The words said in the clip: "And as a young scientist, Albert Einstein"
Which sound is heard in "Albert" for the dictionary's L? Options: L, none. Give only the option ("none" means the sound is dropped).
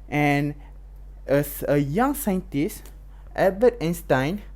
none